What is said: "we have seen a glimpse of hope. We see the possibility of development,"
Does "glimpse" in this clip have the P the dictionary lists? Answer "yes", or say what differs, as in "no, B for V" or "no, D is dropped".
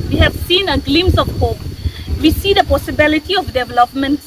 no, P is dropped